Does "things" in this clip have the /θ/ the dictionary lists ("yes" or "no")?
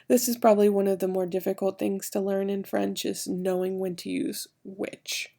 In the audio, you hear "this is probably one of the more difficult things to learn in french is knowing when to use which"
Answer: yes